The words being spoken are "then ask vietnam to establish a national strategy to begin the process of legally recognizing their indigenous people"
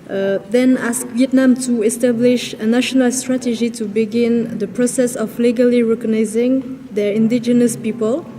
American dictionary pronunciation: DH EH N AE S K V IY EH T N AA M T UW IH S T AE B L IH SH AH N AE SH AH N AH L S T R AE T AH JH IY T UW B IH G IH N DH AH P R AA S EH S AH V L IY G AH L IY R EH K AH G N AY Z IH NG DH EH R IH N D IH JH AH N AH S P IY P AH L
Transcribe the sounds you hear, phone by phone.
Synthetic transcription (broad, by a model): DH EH N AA S K V IY EH T N AA M T UW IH S T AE B L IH SH AH N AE SH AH N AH L S T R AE T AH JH IY T UW B IH G IH N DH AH P R AA S EH S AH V L IY G AH L IY R EH K AH G N AY Z IH NG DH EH R IH N D IH JH AH N AH S P IY P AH L